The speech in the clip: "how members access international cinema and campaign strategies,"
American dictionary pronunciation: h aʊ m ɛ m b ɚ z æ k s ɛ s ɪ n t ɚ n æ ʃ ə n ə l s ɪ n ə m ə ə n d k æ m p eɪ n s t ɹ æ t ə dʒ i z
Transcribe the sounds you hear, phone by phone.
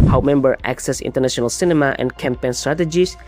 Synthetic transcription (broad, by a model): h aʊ m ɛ m b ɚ æ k s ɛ s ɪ n t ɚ n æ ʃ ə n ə l s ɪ n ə m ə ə n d k æ m p eɪ n s t ɹ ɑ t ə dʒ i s